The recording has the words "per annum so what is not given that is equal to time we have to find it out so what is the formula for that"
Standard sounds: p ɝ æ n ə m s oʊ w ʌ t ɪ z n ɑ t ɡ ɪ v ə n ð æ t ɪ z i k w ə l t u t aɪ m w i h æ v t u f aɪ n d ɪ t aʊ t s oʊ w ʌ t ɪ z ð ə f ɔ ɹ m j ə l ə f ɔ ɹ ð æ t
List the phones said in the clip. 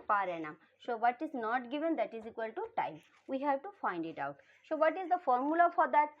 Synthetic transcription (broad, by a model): p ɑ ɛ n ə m s oʊ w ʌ t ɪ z n ɑ t ɡ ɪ v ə n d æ t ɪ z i k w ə l t u t aɪ m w i h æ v t u f aɪ n d ɪ t aʊ t s oʊ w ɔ t ɪ z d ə f ɔ ɹ m j ə l ə f ɔ ɹ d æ t